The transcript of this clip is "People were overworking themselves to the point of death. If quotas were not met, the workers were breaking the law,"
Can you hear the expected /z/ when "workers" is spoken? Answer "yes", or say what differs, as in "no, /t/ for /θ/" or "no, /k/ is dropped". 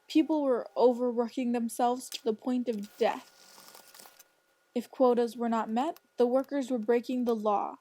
yes